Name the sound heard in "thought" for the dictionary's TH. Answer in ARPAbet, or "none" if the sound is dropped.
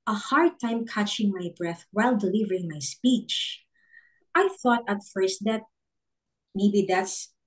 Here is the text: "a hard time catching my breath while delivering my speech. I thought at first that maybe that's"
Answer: TH